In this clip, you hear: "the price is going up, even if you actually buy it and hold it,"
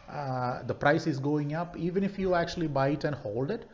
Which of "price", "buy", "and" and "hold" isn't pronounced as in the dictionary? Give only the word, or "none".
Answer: none